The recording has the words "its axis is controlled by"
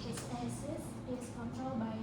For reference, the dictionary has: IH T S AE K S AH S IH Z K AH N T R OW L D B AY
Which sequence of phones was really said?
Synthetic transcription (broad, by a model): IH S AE S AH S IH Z K AH N T R OW L D B AY